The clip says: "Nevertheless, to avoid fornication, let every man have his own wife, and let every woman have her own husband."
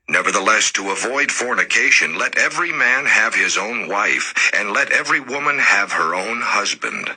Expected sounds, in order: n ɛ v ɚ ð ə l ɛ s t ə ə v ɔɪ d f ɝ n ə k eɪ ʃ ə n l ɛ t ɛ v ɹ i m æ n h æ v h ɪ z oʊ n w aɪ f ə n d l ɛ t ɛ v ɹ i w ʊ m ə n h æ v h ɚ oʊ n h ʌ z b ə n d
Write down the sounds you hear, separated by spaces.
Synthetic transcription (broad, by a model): n ɛ v ɚ ð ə l ɛ s t ə ə v ɔɪ d f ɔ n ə k eɪ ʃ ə n l ɛ t ɛ v ɹ i m æ n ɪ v ɪ z oʊ n w aɪ f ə n l ɛ t ɛ v ɹ i w ʊ m ə n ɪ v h ɚ oʊ n h ʌ z b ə n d